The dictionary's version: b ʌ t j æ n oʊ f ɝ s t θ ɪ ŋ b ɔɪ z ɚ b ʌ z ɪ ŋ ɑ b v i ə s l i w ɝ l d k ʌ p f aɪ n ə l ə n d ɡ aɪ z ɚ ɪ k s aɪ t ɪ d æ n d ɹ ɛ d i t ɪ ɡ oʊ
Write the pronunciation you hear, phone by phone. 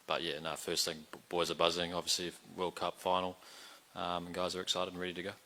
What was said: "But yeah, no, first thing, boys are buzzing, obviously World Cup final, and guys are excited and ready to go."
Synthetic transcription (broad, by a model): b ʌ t j æ n oʊ f ɝ s t θ ɪ ŋ b ɔɪ z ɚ b ʌ z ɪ ŋ ɑ b v i ə s l i w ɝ l k ʌ p f aɪ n l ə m ɡ aɪ z ɚ ɪ k s aɪ t ɪ d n ɹ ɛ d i t ɪ ɡ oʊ